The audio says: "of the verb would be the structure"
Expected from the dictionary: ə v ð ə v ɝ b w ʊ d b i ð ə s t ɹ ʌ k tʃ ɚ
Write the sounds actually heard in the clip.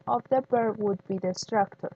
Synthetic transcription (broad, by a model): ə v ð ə b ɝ w ʊ d b i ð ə s t ɹ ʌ k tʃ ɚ